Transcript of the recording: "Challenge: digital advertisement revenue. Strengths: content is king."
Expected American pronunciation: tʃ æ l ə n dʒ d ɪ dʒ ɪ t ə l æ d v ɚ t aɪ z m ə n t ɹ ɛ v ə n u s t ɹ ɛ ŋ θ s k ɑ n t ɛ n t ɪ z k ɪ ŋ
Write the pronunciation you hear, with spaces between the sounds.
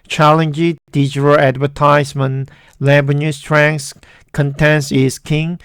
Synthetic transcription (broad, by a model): tʃ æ l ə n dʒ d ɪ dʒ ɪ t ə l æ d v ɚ t aɪ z m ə n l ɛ b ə n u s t ɹ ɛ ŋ s k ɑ n t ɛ n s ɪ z k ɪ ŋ